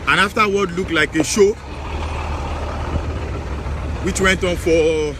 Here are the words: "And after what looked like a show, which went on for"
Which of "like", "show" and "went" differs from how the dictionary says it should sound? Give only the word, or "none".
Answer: none